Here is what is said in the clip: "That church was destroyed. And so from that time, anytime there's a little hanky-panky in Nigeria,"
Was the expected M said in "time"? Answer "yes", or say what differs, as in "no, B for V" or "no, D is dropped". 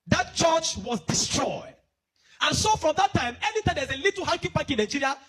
yes